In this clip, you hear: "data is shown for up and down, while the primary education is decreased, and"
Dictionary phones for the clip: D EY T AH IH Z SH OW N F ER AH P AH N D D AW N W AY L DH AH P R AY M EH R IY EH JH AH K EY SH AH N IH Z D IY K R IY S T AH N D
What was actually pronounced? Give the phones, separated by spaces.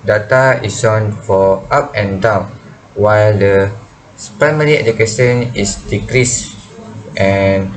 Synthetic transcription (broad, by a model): D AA T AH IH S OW N F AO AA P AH N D D AW N W AY L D AH P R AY M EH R IY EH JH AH K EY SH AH N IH S D IY K R IY S T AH N